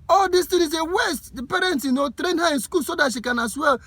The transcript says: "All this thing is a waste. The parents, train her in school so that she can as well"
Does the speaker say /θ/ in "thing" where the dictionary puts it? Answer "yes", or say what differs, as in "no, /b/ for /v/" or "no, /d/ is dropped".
no, /t/ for /θ/